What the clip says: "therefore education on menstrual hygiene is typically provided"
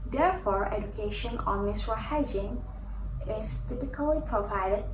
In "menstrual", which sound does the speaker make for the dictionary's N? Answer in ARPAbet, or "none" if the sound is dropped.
none